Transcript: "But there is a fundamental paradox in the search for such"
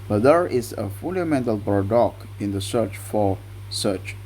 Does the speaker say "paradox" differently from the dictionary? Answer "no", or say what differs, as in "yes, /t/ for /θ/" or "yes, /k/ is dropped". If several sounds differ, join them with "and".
yes, /s/ is dropped